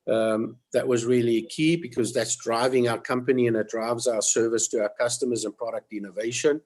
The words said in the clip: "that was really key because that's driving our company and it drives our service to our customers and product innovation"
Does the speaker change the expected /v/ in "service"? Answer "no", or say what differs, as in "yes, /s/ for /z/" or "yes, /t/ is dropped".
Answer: no